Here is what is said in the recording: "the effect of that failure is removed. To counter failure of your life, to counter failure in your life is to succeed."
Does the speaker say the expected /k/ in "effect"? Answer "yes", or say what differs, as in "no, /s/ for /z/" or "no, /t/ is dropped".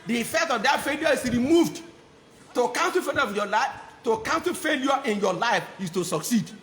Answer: yes